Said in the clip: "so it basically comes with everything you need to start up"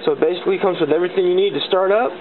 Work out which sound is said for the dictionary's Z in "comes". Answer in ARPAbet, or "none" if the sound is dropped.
Z